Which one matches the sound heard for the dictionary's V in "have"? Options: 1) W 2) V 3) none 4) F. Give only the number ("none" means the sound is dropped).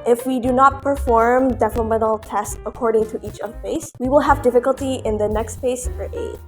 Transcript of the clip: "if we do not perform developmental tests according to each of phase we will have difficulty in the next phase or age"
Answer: 2